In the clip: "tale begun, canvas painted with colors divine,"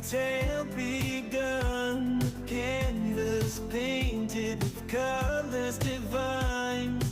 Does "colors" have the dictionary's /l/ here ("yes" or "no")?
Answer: yes